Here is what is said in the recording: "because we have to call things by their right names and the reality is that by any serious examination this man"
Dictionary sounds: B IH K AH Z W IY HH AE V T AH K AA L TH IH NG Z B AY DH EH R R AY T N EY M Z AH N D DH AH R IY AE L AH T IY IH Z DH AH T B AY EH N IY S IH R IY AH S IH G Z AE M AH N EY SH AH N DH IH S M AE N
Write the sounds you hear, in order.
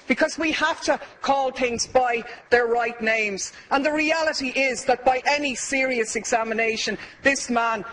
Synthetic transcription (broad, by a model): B IH K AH Z W IY HH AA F T AH K AA L TH IH NG Z B AY DH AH R R AY T N EY M Z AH N DH AH R IY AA L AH T IY IH Z DH AH T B AY EH N IY S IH R IY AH S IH G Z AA M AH N EY SH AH N DH IH S M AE N